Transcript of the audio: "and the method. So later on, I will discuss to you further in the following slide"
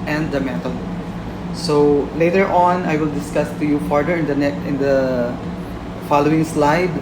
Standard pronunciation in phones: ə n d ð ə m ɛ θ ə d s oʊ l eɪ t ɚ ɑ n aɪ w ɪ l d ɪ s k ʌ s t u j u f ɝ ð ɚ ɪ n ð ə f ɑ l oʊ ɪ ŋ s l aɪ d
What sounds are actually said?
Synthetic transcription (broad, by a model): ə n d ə m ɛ t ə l s oʊ l eɪ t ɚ ɑ n aɪ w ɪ l d ɪ s k ʌ s t u j u f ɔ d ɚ ɪ n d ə f ɑ l oʊ ɪ ŋ s l aɪ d